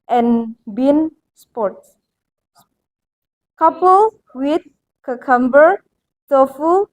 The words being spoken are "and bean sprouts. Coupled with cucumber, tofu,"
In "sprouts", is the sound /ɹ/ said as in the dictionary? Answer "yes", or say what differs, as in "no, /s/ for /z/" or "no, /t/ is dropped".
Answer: no, /ɹ/ is dropped